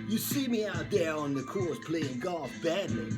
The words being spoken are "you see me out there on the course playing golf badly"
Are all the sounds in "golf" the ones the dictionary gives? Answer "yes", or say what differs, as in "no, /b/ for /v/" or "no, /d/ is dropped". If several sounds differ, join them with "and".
no, /l/ is dropped